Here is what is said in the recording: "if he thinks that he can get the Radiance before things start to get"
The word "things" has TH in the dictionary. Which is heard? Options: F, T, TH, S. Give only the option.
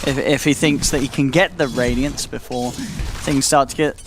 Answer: TH